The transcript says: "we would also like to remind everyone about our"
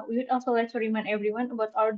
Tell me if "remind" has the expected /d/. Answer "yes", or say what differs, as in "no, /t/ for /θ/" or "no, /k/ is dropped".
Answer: no, /d/ is dropped